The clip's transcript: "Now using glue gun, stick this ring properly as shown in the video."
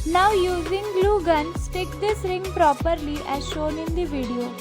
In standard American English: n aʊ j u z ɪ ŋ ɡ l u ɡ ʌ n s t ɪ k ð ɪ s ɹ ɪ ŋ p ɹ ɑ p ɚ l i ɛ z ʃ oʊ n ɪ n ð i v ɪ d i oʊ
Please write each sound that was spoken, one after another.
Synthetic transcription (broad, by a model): n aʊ j u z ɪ ŋ ɡ l u ɡ ʌ n s t ɪ k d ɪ s ɹ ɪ ŋ p ɹ ɑ p ɚ l i ɛ z ʃ oʊ n ɪ n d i v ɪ d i oʊ